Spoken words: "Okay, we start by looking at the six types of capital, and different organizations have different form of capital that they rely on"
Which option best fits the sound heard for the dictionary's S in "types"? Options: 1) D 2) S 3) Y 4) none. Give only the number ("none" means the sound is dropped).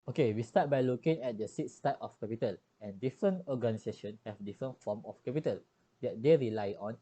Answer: 4